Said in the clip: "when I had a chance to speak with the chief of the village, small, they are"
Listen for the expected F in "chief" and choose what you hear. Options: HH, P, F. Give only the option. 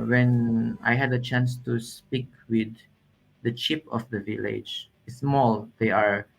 P